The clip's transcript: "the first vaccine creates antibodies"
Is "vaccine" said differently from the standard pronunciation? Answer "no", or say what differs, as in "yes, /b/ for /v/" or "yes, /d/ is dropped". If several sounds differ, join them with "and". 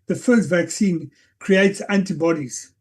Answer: no